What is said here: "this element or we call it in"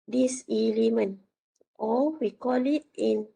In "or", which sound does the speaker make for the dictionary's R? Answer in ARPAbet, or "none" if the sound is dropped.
L